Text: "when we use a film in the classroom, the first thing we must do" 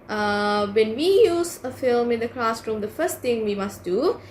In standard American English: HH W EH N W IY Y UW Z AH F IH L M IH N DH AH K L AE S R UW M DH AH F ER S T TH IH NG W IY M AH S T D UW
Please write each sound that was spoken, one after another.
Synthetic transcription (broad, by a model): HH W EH N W IY Y UW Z AH F IH L M IH N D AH K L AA S R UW M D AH F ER S T T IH NG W IY M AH S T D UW